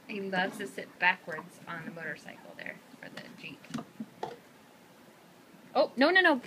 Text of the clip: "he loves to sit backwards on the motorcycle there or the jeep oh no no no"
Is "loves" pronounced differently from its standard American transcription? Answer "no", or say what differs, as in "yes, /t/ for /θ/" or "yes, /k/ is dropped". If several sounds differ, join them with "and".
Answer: yes, /z/ is dropped